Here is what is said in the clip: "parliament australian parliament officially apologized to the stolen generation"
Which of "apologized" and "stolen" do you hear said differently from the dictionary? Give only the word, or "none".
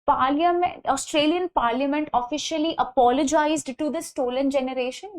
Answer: none